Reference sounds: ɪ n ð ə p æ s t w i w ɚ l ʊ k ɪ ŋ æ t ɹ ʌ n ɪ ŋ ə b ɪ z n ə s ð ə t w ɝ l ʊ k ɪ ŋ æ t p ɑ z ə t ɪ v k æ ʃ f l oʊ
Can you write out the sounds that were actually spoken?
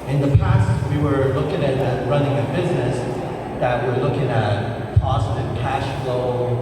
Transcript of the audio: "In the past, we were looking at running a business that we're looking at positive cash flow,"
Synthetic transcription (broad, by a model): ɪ n ð ə p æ s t w i w ɚ l ʊ k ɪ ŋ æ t ɹ ʌ n ɪ ŋ ə b ɪ z n ə s ð ə t w ɝ l ʊ k ɪ ŋ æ t p ɑ z ə t ɪ v k æ ʃ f l oʊ